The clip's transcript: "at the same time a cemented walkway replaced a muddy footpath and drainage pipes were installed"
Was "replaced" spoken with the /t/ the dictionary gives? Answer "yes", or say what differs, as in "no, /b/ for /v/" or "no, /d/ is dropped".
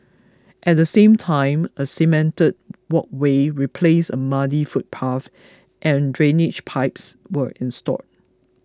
no, /t/ is dropped